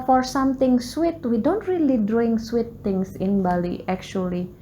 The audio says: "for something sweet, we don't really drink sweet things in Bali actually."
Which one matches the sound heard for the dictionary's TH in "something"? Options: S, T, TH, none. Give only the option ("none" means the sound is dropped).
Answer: T